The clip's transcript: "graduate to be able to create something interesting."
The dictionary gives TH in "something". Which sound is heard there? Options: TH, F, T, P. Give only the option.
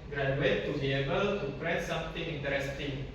T